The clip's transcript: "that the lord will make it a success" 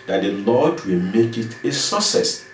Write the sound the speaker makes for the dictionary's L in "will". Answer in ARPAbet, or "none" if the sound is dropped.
L